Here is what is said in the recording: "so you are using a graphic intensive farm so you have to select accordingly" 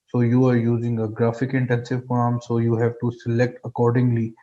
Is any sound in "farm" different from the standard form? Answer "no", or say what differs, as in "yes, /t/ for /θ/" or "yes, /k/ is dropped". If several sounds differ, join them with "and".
yes, /p/ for /f/